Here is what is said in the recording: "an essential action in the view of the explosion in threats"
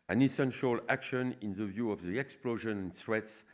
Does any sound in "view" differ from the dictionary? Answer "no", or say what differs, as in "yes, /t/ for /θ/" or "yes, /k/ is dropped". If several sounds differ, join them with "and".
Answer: no